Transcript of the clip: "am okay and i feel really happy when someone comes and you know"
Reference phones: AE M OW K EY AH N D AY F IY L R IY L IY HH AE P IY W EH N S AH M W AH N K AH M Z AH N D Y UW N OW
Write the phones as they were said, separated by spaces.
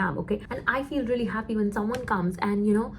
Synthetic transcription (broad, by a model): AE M OW K EY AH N AY F IY L R IY L IY HH AE P IY W EH N S AH M W AH N K AH M Z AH N Y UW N OW